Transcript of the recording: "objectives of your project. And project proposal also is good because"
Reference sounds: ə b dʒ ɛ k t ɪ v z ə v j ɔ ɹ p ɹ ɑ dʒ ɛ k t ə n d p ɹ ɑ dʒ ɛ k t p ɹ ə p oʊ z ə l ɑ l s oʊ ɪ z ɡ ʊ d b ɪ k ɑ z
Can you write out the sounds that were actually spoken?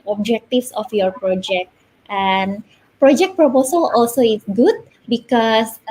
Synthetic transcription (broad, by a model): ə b dʒ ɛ k t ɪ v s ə f j ɔ ɹ p ɹ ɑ dʒ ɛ k t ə n p ɹ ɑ dʒ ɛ k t p ɹ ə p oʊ s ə l ɑ l s oʊ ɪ s ɡ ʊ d b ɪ k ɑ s